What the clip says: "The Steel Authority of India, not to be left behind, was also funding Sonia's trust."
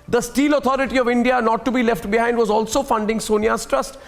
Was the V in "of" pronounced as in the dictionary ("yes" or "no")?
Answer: yes